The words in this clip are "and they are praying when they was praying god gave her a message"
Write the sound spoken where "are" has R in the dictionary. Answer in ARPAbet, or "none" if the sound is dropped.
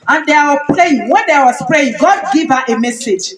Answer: W